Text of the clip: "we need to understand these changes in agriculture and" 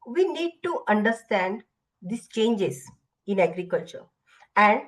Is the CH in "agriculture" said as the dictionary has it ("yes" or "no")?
yes